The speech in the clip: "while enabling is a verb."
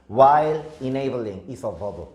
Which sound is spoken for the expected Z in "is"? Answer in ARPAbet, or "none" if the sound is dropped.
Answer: S